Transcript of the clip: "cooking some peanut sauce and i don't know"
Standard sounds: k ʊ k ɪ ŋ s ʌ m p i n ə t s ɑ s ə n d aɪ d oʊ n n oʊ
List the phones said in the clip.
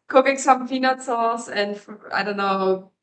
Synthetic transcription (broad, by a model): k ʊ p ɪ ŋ s ʌ m f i n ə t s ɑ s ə n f aɪ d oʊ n n oʊ